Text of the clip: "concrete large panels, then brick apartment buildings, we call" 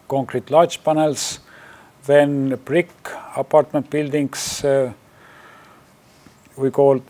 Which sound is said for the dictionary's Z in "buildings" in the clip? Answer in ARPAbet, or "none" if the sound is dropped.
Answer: S